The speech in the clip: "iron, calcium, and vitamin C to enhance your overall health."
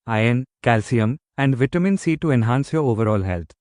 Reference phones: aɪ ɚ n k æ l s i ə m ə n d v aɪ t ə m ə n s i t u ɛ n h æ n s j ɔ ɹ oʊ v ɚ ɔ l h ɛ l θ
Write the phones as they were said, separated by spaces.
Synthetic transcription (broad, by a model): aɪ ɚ n k æ l s i ə m ə n d v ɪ t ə m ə n s i t u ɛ n h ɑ n s j ɔ ɹ oʊ v ɚ ɔ l h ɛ l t